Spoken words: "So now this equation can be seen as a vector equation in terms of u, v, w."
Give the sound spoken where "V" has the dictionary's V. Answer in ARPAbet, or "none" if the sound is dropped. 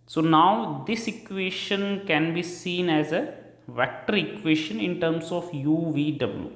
V